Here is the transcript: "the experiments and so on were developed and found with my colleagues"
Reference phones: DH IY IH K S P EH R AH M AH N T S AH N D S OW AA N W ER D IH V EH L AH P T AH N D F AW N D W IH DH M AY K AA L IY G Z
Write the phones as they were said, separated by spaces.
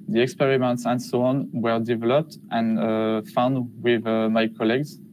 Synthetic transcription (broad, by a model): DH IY IH K S P EH R AH M AH N T S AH N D S OW AA N W ER D IH V EH L AH P T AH N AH F AW N D W IH DH M AY K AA L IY G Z